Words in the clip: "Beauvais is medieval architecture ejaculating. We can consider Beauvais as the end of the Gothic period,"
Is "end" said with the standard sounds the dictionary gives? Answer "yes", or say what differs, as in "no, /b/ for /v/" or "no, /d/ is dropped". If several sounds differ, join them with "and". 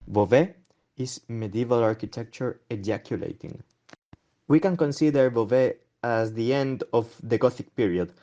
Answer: yes